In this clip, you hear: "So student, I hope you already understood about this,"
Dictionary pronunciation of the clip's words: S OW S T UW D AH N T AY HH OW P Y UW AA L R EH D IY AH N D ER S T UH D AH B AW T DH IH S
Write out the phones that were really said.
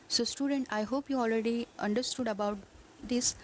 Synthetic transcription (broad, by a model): S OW S T UW D AH N T AY HH OW P Y UW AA L R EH D IY AH N D ER S T UH D AH B AW T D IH S